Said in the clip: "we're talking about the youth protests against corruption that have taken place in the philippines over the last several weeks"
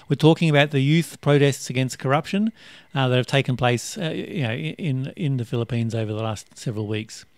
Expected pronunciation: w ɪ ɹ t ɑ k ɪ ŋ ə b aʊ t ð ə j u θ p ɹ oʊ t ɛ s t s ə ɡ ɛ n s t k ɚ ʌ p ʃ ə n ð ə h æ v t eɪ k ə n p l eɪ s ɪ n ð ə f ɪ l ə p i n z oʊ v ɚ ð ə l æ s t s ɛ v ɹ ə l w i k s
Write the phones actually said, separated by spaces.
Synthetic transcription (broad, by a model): w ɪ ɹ t ɑ k ɪ ŋ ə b aʊ t ð ə j u θ p ɹ oʊ t ɛ s t s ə ɡ ɛ n s k ɚ ʌ p ʃ ə n ð ə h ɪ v t eɪ k ə n p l eɪ s ɪ n ð ə f ɪ l ə p i n z oʊ v ɚ ð ə l æ s t s ɛ v ɹ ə l w i k s